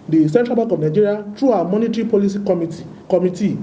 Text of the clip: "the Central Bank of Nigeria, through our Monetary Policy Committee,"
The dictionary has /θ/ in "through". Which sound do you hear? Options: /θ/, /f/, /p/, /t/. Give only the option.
/t/